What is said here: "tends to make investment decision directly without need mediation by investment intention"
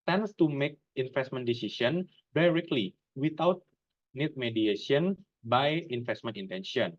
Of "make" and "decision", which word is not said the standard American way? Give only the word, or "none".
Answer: decision